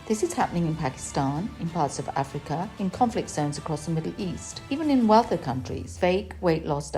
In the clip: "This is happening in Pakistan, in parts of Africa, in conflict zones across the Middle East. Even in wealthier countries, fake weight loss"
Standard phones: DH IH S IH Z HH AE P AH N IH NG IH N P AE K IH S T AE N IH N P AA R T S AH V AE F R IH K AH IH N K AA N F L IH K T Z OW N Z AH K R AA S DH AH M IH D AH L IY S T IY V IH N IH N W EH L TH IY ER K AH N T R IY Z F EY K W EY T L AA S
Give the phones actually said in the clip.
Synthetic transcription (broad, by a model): DH IH S IH Z HH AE P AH N IH NG IH N P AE K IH S T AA N IH N P AA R T S AH V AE F R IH K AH IH N K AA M F L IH K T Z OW N Z AH K R AA S DH AH M IH D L IY S T IY V IH N IH N W EH L TH ER K AH N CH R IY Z F EY K W EY T L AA S